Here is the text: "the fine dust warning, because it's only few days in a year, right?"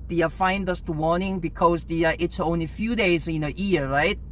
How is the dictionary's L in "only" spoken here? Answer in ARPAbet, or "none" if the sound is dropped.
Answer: L